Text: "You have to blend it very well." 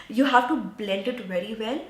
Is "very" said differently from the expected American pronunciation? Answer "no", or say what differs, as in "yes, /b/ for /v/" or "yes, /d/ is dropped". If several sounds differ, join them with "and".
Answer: no